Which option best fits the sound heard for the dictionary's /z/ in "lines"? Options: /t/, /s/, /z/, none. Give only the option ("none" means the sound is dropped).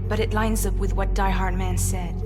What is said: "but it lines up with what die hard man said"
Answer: /z/